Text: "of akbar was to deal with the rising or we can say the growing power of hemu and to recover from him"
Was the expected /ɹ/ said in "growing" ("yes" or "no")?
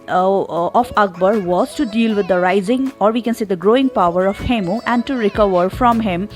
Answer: yes